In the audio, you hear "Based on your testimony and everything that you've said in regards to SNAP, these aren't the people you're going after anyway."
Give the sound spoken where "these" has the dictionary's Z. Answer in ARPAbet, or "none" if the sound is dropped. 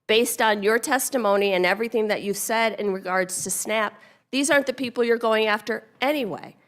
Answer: Z